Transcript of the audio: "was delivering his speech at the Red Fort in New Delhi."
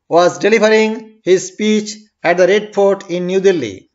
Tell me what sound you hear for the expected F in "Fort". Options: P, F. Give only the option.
P